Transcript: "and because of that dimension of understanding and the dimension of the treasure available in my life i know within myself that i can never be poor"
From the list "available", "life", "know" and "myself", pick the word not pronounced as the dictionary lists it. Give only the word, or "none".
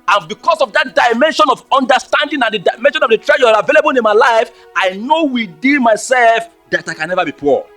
none